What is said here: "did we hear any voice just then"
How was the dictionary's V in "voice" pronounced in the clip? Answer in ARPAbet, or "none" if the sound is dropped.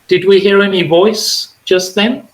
V